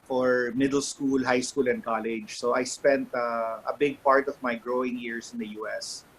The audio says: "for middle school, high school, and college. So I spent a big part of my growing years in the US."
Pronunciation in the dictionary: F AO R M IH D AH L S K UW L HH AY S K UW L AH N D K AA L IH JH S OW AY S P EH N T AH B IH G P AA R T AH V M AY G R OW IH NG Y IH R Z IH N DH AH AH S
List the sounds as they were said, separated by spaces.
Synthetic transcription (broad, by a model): F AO R M IH D AH L S K UW L HH AY S K UW L AH N D K AA L IH JH S OW AY S P EH N T AH B IH G P AA R T AH V M AY G R OW IH NG Y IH R S IH N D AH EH S